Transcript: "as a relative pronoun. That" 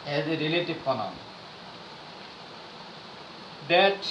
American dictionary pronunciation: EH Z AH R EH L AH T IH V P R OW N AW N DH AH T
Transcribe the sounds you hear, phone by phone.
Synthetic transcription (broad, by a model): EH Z AH R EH L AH T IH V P OW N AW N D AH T